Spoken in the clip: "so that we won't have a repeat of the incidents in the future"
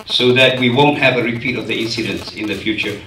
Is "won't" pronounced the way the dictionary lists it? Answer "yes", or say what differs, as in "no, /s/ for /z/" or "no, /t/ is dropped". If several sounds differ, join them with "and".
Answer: yes